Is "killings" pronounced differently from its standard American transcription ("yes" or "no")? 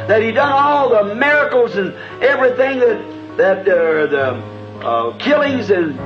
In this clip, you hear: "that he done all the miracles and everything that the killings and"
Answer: no